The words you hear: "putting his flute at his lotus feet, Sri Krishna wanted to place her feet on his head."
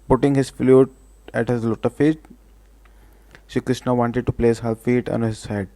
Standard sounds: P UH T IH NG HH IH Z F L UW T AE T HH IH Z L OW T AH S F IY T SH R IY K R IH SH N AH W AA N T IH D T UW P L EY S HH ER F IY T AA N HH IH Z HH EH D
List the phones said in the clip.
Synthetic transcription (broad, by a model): P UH T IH NG HH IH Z F L UW T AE T HH IH Z L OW T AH F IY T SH IY K R IH SH N AH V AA N T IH D T UW P L EY S HH ER F IY T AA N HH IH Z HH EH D